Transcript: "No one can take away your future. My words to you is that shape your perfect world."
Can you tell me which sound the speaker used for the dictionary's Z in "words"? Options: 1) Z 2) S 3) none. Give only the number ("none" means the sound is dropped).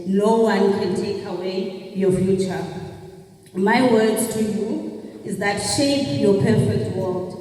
3